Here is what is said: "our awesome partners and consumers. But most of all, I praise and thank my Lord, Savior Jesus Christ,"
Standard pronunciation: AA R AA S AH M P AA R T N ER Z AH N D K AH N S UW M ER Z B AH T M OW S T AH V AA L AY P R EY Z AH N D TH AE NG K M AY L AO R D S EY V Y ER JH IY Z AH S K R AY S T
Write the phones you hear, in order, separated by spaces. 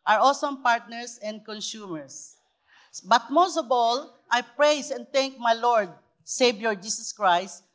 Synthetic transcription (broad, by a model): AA R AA S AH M P AA R T N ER S AH N D K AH N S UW M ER S B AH T M OW S T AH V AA L AY P R EY S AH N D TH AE NG K M AY L AO R D S EY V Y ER JH IY S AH S K R AY S T